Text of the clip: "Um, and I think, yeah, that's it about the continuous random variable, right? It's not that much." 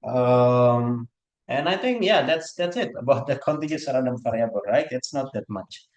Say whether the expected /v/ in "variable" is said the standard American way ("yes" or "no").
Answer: no